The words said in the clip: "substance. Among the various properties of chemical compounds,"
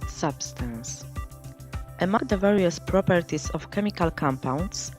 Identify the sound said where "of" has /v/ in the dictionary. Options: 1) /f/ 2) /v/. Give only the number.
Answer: 1